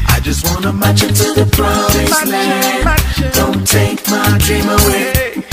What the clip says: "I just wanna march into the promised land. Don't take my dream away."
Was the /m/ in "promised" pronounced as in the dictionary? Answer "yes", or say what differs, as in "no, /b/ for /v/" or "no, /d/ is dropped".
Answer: no, /m/ is dropped